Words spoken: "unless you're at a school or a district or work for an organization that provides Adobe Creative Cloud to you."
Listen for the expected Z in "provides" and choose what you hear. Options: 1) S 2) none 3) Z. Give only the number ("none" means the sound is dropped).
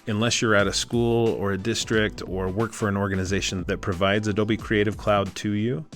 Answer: 3